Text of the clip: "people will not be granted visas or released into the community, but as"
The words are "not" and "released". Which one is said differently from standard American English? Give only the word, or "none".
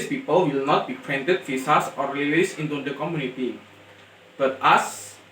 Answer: released